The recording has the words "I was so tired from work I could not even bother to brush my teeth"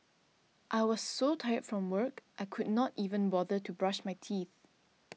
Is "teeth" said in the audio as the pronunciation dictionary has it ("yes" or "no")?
yes